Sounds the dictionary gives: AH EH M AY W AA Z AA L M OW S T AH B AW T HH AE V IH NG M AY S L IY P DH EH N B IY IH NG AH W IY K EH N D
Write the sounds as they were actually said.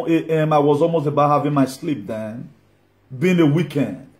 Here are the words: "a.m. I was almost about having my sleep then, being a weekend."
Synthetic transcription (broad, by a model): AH EH M AY W AA Z AA L M OW S T AH B AW T HH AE V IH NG M AY S L IY P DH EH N B IY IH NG AH W IY K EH N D